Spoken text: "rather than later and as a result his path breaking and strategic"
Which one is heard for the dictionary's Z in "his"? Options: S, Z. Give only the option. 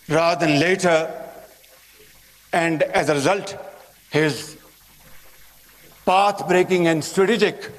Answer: Z